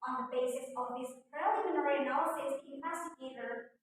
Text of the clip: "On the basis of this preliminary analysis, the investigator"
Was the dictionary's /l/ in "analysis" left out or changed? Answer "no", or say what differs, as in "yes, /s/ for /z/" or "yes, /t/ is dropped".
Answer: yes, /l/ is dropped